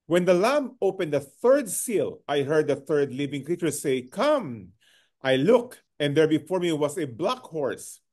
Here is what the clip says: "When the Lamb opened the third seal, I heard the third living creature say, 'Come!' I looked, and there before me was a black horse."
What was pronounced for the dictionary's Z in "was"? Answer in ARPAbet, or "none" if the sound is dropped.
S